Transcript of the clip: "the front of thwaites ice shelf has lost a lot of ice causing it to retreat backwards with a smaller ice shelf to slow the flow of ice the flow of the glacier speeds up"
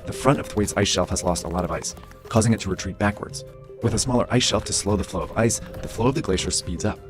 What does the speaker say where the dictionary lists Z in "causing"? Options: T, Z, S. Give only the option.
Z